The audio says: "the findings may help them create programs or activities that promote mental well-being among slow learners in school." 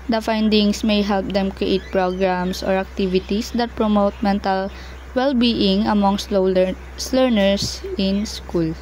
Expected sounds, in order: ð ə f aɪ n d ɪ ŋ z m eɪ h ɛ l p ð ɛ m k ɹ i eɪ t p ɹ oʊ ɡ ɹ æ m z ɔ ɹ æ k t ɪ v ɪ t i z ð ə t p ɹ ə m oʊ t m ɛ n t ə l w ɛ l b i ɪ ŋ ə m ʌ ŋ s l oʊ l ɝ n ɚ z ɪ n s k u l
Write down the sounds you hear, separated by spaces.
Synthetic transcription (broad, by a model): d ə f aɪ n d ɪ ŋ s m eɪ h ɛ l p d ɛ m k ɹ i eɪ t p ɹ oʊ ɡ ɹ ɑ m s ɔ ɹ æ k t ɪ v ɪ t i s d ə t p ɹ ə m oʊ t m ɛ n t ə l w ɛ l b i ɪ ŋ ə m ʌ ŋ s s l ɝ n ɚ s ɪ n s k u l